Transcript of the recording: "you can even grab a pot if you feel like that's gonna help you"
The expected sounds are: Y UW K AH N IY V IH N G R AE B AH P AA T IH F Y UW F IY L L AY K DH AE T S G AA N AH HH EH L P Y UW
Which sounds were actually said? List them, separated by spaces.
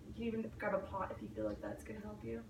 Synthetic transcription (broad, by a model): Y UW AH IY V IH N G AA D AH P AA T IH F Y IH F IY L L AY K DH AE T S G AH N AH HH EH L P Y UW